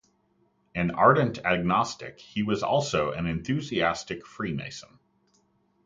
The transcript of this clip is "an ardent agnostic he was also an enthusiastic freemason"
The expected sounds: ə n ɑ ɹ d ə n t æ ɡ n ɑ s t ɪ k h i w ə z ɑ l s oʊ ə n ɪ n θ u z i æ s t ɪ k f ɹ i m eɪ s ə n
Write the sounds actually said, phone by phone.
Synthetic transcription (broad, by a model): ə n ɑ ɹ d n t æ ɡ n ɑ s t ɪ k h i w ə z ɑ l s oʊ ə n ɪ n θ u z i æ s t ɪ k f ɹ i m eɪ s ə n